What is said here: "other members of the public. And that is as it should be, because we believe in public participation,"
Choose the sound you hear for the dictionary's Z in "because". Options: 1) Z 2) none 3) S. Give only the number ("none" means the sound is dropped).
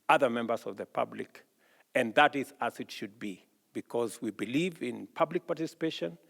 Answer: 1